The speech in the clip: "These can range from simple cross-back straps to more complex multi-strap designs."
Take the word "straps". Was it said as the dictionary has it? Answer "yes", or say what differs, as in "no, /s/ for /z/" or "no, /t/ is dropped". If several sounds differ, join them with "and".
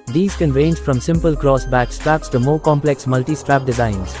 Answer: yes